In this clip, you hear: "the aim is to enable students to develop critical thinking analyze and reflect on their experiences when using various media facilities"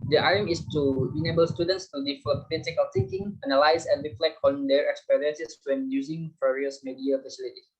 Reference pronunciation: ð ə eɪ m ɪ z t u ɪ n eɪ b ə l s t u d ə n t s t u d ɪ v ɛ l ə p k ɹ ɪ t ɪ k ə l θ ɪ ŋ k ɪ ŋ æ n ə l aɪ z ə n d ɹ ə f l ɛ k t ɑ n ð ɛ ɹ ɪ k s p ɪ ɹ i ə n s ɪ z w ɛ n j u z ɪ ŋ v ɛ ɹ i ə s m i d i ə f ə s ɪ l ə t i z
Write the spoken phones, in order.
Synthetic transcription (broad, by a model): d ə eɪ m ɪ s t u ɪ n eɪ b ə l s t u d ə n t s t u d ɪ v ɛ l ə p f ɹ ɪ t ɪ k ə l t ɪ ŋ k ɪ ŋ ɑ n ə l aɪ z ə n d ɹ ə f l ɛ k ɑ n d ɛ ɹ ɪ k s p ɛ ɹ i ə n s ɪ s w ɛ n j u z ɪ ŋ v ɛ ɹ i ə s m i d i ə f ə s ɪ l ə t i